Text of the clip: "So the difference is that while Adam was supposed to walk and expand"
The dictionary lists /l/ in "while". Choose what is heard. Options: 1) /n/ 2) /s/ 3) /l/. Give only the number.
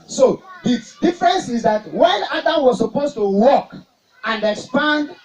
1